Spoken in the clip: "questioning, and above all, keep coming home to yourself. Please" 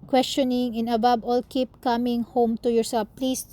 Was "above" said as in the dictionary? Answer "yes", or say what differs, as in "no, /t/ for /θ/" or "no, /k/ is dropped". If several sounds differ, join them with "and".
no, /b/ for /v/